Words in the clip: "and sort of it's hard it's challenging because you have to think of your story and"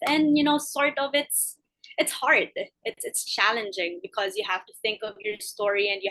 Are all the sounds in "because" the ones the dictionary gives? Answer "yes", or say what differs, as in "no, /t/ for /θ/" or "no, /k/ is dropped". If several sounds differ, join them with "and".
yes